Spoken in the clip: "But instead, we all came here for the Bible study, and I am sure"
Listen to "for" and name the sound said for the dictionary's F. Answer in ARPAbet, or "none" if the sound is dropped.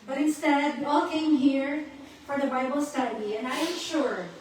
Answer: F